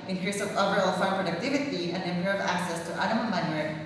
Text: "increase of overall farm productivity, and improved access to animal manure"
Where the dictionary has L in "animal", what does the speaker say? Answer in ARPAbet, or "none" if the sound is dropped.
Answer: N